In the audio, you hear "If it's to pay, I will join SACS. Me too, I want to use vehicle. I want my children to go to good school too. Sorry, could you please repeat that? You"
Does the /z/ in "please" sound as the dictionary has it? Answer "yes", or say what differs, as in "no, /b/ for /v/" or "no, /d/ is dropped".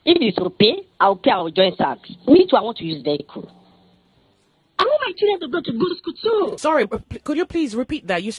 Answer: yes